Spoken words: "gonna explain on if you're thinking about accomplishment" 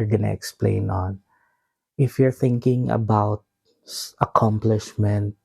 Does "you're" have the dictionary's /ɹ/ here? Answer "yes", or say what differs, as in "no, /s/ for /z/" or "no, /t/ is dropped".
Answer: yes